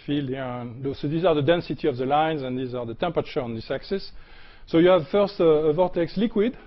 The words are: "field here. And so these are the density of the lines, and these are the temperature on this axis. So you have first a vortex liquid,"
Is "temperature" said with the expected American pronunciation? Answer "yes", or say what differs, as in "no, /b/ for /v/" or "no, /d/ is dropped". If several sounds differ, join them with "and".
yes